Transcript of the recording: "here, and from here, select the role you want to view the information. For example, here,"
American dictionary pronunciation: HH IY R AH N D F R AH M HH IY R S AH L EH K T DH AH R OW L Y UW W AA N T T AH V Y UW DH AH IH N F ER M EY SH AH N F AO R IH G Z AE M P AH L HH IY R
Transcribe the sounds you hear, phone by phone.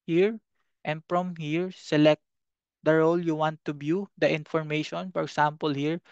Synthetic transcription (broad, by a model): HH IY R AH N D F R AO M HH IY R S AH L EH K T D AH R OW L Y UW W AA N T T AH B Y UW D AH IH N F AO M EY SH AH N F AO R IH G S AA M P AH L HH IY R